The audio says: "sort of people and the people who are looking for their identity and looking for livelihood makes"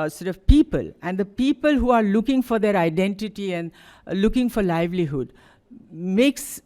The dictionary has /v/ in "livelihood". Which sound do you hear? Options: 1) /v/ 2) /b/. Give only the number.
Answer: 1